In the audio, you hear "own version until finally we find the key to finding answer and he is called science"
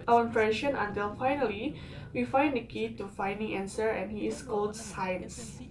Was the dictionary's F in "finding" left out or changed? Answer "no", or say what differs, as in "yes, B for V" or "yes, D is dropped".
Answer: no